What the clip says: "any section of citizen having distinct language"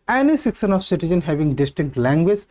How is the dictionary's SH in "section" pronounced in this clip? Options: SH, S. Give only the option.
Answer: S